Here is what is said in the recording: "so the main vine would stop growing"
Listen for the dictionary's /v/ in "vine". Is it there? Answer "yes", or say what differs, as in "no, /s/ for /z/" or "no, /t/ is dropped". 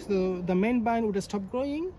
no, /b/ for /v/